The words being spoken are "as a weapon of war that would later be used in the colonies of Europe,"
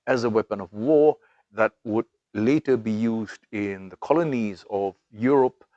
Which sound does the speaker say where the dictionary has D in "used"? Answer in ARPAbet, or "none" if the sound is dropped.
D